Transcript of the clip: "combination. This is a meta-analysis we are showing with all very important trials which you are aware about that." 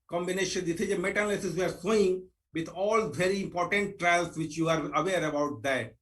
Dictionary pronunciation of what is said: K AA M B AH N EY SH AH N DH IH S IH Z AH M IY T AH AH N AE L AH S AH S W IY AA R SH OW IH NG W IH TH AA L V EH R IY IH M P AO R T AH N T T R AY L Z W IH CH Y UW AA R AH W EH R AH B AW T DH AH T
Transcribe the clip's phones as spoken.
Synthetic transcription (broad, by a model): K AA M B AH N EY SH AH N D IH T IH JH AH M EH T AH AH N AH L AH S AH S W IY AA R S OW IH NG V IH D AA L V EH R IY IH M P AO R T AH N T T R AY L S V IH CH Y UW AA R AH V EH R AH B AW T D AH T